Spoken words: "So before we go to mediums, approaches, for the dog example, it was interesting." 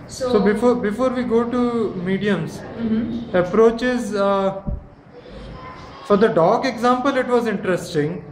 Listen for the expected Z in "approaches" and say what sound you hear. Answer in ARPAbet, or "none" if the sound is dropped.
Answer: Z